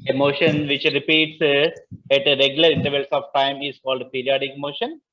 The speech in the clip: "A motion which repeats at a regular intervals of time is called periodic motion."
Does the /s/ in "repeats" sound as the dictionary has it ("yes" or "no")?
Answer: yes